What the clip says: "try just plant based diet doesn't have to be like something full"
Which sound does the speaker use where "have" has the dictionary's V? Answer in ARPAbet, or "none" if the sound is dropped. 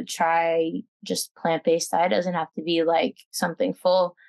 F